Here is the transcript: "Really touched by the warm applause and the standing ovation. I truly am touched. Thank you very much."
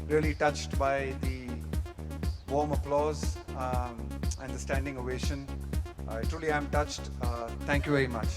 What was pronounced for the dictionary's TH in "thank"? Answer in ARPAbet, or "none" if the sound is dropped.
T